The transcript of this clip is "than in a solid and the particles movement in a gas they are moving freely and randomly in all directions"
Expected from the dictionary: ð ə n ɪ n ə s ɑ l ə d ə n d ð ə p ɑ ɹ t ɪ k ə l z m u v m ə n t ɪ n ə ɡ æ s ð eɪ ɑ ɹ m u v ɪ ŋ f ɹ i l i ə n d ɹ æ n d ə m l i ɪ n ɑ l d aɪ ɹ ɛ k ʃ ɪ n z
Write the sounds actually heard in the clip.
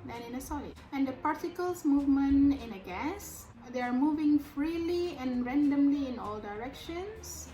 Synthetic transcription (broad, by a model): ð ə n ɪ n ə s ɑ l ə ə n d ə p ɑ ɹ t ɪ k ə l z m u v m ə n t ɪ n ə ɡ æ s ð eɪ ɑ ɹ m u v ɪ ŋ f ɹ i l i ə n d ɹ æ n d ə m l i ɪ n ɑ l d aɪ ɹ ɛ k ʃ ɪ n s